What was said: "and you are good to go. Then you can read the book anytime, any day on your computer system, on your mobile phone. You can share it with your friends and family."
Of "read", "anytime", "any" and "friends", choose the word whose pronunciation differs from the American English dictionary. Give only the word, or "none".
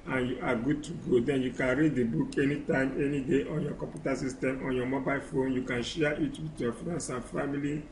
friends